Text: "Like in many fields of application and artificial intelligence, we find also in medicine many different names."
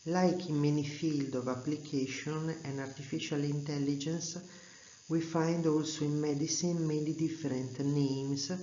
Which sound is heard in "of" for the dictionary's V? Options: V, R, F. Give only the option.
V